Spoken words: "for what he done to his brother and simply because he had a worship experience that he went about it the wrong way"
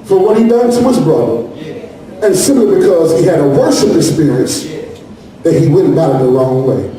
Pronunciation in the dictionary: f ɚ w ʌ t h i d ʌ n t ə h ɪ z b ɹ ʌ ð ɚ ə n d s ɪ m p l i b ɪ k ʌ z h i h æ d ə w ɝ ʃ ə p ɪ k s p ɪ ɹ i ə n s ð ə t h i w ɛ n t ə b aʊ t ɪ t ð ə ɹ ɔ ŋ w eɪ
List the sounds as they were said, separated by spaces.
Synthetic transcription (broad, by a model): f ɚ w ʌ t h i d ʌ n t ə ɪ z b ɹ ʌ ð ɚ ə n s ɪ m p l i b ɪ k ʌ z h i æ d ə w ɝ s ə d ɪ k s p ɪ ɹ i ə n s ð ə t h i w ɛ n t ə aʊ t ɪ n ð ə l ɔ ŋ w eɪ